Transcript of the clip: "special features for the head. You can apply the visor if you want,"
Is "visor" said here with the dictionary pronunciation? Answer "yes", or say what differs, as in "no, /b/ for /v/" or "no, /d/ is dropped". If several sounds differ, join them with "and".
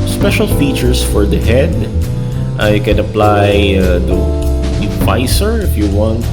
no, /s/ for /z/